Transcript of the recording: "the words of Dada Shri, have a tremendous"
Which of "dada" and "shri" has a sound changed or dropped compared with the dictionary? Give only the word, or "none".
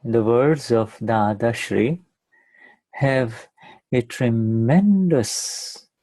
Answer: none